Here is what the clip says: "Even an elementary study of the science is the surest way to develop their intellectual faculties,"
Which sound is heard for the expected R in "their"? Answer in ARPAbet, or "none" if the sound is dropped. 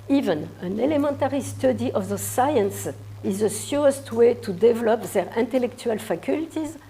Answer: R